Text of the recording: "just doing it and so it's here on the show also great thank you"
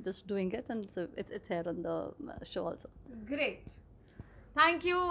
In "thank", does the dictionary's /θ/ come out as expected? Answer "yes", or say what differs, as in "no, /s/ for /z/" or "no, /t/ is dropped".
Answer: no, /t/ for /θ/